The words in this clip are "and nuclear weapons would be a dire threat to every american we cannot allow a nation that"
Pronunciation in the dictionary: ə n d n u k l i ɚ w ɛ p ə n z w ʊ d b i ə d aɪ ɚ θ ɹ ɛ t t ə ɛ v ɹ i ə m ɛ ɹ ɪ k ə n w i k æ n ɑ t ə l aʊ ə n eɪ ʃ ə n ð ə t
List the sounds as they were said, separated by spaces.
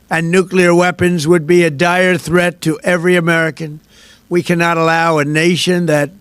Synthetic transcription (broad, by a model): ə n n u k l i ɚ w ɛ p ə n z w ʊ d b i ə d aɪ ɚ θ ɹ ɛ t t ɛ v ɹ i ə m ɛ ɹ ɪ k ə n w i k æ n ɑ t ə l aʊ ə n eɪ ʃ ə n ð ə t